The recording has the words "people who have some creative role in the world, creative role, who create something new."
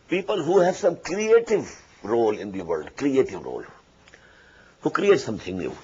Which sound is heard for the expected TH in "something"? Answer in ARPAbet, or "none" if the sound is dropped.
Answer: T